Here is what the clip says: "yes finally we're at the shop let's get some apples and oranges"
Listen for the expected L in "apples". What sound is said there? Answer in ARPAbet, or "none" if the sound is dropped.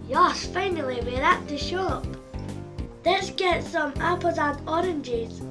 none